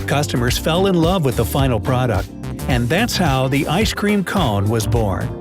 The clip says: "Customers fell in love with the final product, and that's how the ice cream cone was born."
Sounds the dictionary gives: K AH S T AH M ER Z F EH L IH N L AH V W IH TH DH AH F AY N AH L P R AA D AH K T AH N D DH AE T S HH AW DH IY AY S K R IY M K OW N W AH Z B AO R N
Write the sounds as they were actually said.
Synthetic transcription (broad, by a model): K AH S T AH M ER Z F EH L IH N L AH V W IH DH AH F AY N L P R AA D AH K T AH N DH AE T S HH AW DH IY AY S K R IY M K OW N W AH Z B AO R N